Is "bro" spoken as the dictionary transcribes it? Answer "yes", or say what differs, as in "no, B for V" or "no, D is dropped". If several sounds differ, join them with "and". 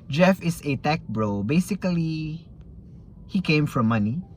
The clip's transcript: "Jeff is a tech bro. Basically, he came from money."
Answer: yes